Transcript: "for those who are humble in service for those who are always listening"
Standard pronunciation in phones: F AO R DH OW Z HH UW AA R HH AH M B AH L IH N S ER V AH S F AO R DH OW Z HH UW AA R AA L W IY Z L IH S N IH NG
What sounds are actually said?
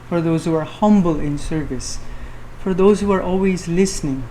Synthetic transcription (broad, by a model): F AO R DH OW Z HH UW AA R HH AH M B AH L IH N S ER V AH S F AO R DH OW Z HH UW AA R AA L W IY Z L IH S N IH NG